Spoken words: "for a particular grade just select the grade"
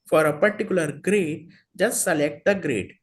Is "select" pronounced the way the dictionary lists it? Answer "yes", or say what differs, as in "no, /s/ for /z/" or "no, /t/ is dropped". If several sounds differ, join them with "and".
yes